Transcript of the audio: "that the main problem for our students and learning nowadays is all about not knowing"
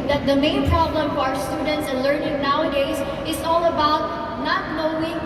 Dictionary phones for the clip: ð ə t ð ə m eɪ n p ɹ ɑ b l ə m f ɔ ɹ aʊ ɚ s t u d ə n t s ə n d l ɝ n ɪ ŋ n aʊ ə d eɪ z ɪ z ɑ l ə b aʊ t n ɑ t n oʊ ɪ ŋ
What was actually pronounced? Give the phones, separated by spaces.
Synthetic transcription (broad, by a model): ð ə t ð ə m eɪ n p ɹ ɑ b l ə m f ɔ ɹ aʊ ɚ s t u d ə n t s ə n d l ɝ n ɪ ŋ n aʊ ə d eɪ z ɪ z ɑ l ə b aʊ t n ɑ t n oʊ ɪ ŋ